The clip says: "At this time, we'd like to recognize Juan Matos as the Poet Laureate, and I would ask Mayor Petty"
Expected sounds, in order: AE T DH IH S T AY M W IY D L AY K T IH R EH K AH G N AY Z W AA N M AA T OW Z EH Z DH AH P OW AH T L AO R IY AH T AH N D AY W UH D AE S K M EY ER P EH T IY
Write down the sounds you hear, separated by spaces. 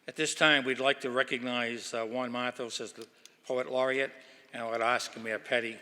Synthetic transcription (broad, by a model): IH T DH IH S T AY M W IY D L AY K T IH R EH K AH G N AY Z W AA N M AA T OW S EH Z DH AH P OW AH T L AO R IY AH T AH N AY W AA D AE S K M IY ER P EH T IY